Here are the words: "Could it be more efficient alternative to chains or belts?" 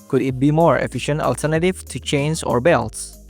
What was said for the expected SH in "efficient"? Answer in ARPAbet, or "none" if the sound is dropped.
SH